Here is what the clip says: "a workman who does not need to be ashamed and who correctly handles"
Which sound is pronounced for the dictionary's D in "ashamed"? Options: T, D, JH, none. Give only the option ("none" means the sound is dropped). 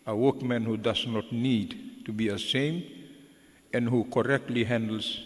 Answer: none